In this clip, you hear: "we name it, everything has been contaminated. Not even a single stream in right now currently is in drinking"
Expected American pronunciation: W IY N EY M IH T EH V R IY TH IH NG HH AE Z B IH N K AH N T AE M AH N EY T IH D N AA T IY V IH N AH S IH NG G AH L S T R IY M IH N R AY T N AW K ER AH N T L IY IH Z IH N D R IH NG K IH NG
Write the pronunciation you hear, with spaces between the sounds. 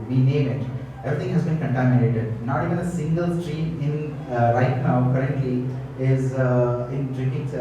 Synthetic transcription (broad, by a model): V IY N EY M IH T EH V R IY T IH NG HH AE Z B IH N K AH N T AE M AH N EY T IH D N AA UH IH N AH S IH NG G AH L S T R IY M IH N R AY T N AW K ER AH N T L IY IH Z IH N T R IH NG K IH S